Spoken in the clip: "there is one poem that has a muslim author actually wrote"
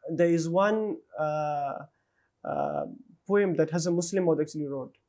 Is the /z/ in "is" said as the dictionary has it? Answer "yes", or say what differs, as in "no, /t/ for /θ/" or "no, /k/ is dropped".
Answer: yes